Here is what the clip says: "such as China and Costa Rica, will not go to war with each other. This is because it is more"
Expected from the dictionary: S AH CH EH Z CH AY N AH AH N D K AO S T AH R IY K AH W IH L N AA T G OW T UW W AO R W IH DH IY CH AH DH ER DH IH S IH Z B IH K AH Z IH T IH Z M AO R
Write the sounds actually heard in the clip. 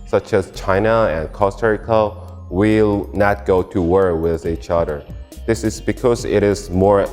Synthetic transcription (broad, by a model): S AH CH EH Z CH AY N AH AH N K AO S T AH R IY K AH W IH L N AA T G OW T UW W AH R W IH DH IY CH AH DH ER DH IH S IH Z B IH K AH Z IH T IH Z M AO R